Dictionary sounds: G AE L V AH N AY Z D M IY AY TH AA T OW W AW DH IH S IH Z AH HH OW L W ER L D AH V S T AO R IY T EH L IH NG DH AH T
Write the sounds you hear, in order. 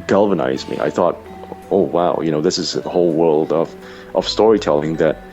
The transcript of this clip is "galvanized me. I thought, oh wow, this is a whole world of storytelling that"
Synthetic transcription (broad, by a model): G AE L V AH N AY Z M IY AY TH AA T OW W AW DH IH S IH Z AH HH OW L W ER L D AH V S T AO R IY T EH L IH NG DH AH T